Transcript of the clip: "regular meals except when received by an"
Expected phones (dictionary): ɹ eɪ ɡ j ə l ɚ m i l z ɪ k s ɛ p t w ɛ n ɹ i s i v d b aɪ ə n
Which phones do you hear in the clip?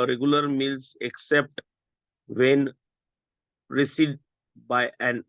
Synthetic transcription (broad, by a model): ɹ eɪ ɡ j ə l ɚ m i l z ɪ k s ɛ p t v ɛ n ɹ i s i d b aɪ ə n